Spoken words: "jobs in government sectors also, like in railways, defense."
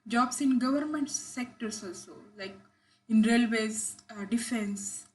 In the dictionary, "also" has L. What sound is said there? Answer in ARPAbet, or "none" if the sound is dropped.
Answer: L